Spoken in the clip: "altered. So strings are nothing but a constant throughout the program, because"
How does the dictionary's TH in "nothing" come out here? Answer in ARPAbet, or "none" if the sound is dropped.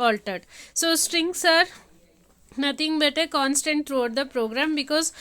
T